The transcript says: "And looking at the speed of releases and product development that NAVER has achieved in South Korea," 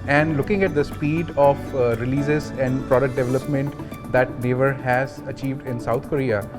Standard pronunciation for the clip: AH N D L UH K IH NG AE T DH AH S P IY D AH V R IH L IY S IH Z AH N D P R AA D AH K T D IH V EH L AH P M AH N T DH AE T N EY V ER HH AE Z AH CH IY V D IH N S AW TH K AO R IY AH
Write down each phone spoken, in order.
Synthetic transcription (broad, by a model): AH N D L UH K IH NG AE T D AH S P IY D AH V R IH L IY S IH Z AH N D P R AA D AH K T D IH V EH L AH P M AH N T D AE T N EY V ER HH AE Z AH CH IY V D IH N S AW T K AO R IY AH